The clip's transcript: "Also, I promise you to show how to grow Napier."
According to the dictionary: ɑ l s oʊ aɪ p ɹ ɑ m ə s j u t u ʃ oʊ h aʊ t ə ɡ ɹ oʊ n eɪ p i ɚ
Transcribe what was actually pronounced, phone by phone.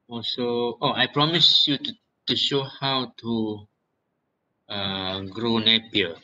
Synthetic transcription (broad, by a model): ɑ l s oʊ aɪ p ɹ ɑ m ə s j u t u ʃ oʊ h aʊ t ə ɡ ɹ oʊ n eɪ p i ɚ